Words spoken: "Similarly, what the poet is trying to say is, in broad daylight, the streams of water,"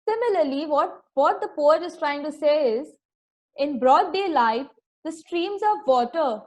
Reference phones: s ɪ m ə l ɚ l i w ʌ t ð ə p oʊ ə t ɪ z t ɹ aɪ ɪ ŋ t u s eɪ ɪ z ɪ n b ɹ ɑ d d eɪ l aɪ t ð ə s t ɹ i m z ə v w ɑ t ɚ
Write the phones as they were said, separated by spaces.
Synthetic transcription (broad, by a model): s ɪ m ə l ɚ l i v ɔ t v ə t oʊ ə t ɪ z t ɹ aɪ ɪ ŋ t u s eɪ ɪ z ɪ n b ɹ ɑ d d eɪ l aɪ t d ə s t ɹ i m z ə v ɑ t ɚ